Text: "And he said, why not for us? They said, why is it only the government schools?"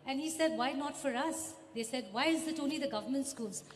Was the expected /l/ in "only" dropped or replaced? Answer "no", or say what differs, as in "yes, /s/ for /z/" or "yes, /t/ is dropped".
yes, /l/ is dropped